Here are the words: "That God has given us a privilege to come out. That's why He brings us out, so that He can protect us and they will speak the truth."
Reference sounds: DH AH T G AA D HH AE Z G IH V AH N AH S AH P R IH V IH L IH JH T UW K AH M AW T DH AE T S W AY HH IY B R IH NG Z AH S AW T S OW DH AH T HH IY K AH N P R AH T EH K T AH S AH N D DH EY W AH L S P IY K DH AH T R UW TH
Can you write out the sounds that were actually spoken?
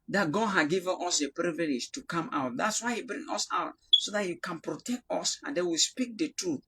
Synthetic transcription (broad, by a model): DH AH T G AA D HH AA G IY V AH N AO S AH P R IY V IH L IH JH T UW K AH M AW T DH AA T S W AY HH IY B R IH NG AH S AW T S OW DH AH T HH IY K AH N P R AH T EH K T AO S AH N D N W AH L S P IY K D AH T R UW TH